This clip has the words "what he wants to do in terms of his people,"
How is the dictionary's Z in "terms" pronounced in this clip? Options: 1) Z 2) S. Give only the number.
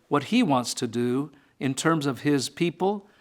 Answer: 1